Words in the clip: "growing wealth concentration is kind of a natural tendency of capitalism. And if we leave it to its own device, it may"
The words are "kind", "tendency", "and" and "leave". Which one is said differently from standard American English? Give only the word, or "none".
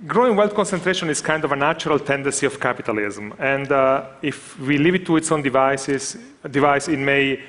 none